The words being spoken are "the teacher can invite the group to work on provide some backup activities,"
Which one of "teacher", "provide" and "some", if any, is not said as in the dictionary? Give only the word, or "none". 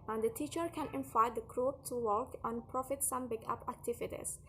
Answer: provide